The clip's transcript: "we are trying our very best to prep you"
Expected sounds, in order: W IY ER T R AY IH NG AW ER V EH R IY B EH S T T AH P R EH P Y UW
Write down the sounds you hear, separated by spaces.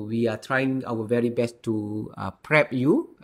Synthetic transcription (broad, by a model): W IY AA T R AY IH NG AW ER V EH R IY B EH S T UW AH P R EH P Y UW